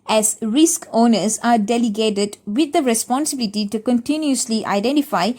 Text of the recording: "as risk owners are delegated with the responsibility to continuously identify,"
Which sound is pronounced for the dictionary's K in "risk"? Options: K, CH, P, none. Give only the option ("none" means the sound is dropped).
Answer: K